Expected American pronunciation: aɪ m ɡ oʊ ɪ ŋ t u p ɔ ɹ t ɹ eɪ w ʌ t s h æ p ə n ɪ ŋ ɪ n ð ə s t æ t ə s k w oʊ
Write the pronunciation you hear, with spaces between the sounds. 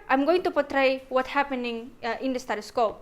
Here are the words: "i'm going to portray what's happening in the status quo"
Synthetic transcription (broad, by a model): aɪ m ɡ oʊ ɪ ŋ t u p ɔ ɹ t ɹ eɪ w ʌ t h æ p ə n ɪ ŋ ɪ n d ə s t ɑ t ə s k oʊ